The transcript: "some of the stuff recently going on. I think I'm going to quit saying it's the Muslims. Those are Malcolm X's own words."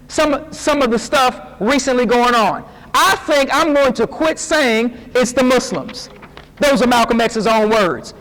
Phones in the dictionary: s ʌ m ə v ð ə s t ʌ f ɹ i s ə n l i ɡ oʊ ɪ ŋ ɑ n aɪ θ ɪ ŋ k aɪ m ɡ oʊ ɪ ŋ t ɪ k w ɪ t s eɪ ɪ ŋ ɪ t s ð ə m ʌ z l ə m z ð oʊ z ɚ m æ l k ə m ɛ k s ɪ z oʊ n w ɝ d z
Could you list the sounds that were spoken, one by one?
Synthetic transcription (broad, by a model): s ʌ m ə v ð ə s t ʌ f ɹ i s ə n l i ɡ oʊ ɪ ŋ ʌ n aɪ θ ɪ ŋ k aɪ m ɡ oʊ ɪ ŋ t ɪ k w ɪ t s eɪ ɪ ŋ ɪ t s ð ə m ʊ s l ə m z ð oʊ z ɚ m æ l k ə m ɛ k s ɪ z oʊ n w ɝ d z